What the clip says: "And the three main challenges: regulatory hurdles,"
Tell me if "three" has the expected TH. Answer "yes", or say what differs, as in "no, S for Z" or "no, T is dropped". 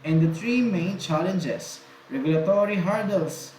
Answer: no, T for TH